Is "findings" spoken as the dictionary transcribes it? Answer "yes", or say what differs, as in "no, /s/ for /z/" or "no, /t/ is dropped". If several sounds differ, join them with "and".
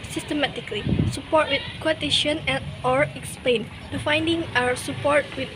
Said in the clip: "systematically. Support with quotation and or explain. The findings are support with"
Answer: no, /z/ is dropped